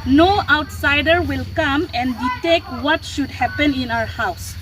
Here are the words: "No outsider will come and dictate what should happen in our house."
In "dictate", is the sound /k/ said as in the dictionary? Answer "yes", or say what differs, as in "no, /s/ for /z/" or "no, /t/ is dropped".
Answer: no, /k/ is dropped